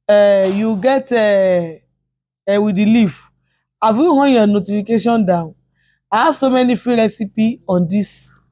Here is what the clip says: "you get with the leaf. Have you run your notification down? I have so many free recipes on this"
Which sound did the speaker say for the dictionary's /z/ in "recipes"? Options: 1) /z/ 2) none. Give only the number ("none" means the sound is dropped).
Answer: 2